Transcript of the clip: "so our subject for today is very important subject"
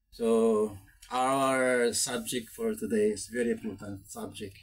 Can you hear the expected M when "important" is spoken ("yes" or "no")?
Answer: no